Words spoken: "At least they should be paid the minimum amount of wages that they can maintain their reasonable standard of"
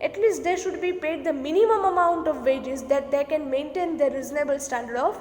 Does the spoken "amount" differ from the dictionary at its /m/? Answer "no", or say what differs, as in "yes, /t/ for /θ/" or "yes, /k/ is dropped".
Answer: no